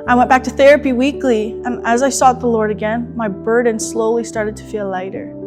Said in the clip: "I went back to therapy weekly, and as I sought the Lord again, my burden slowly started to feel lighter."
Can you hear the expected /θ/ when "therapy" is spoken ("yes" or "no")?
yes